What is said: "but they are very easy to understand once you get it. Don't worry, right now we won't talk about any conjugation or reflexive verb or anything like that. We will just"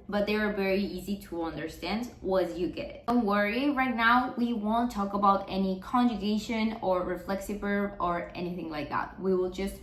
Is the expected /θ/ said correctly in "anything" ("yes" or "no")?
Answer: yes